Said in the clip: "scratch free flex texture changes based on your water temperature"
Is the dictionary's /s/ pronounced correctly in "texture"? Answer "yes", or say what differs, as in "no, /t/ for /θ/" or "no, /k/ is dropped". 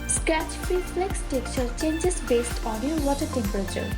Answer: no, /s/ is dropped